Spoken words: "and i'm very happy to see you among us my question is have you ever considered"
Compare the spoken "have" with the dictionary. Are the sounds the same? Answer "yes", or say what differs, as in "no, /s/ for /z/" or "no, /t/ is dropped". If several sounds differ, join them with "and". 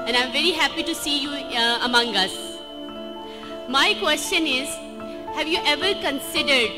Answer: yes